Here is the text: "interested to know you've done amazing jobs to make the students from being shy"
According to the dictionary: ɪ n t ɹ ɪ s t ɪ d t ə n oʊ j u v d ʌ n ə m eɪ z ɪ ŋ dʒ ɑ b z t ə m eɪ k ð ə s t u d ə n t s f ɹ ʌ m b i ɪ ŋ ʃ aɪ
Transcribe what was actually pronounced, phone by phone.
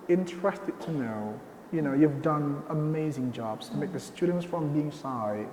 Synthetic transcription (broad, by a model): ɪ n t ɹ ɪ s t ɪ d t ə n oʊ j u v d ʌ n ə m eɪ z ɪ ŋ dʒ ɑ b z t ə m eɪ k ð ə s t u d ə n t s f ɹ ʌ m b i ɪ ŋ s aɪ